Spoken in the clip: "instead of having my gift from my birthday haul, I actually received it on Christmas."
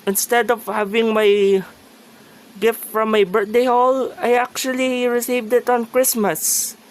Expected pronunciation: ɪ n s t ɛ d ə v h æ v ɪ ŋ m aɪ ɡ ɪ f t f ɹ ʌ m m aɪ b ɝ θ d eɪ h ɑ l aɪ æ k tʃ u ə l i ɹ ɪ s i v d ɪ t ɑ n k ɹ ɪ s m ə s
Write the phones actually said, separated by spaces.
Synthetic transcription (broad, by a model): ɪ n s t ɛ d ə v h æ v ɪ ŋ m aɪ ɡ ɪ f t f ɹ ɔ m m aɪ b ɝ t d eɪ h ɑ l aɪ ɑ k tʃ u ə l i ɹ ɪ s i v d ɪ t ɑ n k ɹ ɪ s m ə s